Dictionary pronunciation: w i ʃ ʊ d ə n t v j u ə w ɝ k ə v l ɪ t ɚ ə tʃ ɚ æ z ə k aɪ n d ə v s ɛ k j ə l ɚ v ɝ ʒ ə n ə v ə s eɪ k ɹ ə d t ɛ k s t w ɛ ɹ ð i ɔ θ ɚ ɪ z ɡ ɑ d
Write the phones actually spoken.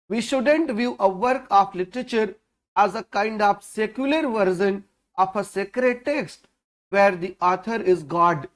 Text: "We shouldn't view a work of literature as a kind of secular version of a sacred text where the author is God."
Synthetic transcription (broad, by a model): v i ʃ ʊ d ə n t v j u ə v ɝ k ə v l ɪ t ɚ ə tʃ ɚ æ z ə k aɪ n d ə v s ɛ k j ə l ɚ v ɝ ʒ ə n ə f ə s eɪ k ɹ ə d t ɛ k s t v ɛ ɹ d i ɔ t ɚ ɪ z ɡ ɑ d